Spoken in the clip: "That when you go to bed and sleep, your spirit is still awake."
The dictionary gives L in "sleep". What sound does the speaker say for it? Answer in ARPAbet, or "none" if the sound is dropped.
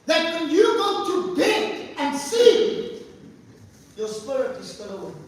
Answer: none